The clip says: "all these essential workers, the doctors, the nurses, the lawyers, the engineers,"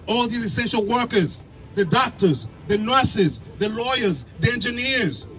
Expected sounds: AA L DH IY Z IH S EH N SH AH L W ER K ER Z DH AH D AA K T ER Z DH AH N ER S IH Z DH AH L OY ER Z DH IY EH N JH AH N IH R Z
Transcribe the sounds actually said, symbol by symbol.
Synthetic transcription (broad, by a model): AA L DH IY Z IH S EH N SH AH L W ER K ER Z DH AH D AA K T ER Z DH AH N ER S IH Z DH AH L OY ER Z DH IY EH N JH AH N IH R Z